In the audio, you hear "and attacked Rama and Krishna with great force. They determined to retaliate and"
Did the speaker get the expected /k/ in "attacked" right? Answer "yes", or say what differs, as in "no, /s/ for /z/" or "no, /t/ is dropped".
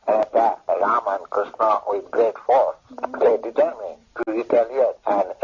no, /k/ is dropped